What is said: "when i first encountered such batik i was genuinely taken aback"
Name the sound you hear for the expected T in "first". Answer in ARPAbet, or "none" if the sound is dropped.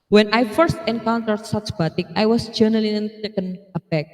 T